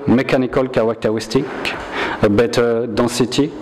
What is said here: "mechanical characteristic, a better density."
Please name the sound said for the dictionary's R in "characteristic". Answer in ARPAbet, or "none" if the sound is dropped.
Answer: W